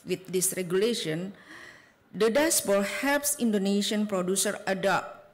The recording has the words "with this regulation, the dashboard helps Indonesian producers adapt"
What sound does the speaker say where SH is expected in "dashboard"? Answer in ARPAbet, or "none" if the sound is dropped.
S